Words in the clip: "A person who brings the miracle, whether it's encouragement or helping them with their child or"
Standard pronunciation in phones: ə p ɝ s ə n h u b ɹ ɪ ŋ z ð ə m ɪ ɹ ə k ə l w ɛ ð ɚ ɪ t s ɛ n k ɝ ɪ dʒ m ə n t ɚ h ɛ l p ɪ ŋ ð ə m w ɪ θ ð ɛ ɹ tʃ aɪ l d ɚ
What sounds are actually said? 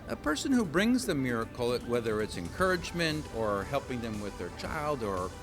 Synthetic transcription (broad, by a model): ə p ɝ s ə n h u b ɹ ɪ ŋ z ð ə m ɪ ɹ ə k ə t w ɛ ð ɚ ɪ t s ɛ n k ɝ ɪ dʒ m ə n t ɚ h ɛ l p ɪ ŋ ð ə m w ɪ ð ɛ ɹ tʃ aɪ l d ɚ